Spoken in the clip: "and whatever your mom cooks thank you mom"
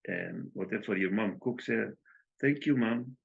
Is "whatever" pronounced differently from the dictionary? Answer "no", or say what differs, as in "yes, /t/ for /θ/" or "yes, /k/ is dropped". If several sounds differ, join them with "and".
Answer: yes, /f/ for /v/